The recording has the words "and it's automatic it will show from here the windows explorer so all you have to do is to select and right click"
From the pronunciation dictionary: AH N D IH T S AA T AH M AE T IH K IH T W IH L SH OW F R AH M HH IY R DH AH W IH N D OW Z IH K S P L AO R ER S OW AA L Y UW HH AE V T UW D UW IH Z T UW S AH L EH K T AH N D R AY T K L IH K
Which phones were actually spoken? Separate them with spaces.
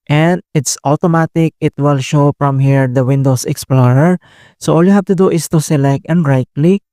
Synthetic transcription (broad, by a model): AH N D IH T S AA T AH M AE T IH K IH T W IH L SH OW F R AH M HH IY R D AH W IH N D OW S IH K S P L AO R ER S OW AA L Y UW HH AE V T UW D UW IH S T UW S AH L EH K T AH N D R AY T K L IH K